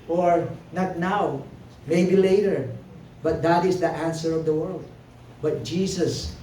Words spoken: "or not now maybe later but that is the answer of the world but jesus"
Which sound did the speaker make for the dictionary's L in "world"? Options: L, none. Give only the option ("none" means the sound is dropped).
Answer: L